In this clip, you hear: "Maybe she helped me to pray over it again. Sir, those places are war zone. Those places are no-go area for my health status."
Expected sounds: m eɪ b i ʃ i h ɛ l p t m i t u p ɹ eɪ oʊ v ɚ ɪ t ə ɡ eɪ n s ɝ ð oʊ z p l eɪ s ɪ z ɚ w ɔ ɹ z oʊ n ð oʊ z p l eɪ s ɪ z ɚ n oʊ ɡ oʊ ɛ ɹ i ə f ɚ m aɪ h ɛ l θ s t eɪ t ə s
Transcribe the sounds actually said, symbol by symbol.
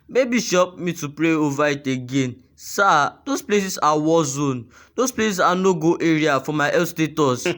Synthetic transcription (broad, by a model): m eɪ b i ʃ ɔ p m i t u p ɹ eɪ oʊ v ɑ ɪ t ə ɡ eɪ n s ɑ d oʊ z p l eɪ s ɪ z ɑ w ɔ l z oʊ n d oʊ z p l eɪ s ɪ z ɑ n oʊ ɡ oʊ ɛ ɹ i ə f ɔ m aɪ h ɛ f s t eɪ t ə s